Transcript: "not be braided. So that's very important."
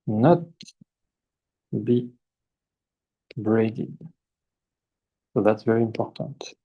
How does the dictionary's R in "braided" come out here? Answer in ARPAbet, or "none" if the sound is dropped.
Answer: R